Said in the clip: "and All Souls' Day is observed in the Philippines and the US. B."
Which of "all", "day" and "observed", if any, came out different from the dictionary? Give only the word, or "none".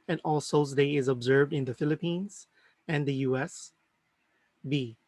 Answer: none